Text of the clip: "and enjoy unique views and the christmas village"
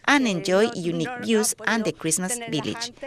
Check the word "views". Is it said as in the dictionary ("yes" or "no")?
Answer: no